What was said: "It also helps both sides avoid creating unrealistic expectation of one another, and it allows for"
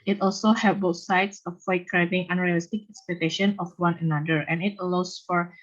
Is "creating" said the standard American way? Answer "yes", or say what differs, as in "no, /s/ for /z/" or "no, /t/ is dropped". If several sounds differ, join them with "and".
no, /ɹ/ is dropped